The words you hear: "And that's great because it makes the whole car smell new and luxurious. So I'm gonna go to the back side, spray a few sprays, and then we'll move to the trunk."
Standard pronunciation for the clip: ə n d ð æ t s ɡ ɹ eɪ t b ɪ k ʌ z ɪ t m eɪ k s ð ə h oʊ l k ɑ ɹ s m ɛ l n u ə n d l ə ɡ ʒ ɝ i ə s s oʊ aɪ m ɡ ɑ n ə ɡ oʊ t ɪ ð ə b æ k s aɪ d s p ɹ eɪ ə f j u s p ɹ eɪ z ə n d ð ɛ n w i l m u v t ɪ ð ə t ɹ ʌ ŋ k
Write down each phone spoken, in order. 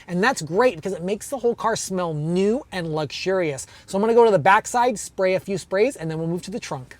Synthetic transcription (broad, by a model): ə n ð æ t s ɡ ɹ eɪ t b ɪ k ʌ z ɪ t m eɪ k s ð ə h oʊ l k ɑ ɹ s m ɛ l n u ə n l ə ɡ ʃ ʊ i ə s s oʊ aɪ m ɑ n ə ɡ oʊ t ɪ ð ə b æ k s aɪ d s p ɹ eɪ ə f j u s p ɹ eɪ z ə n ð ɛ n w i l m u v t ɪ ð ə t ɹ ʌ ŋ k